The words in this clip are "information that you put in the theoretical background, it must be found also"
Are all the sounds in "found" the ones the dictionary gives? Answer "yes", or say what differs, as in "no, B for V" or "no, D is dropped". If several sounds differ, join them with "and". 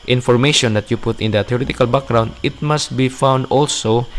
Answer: yes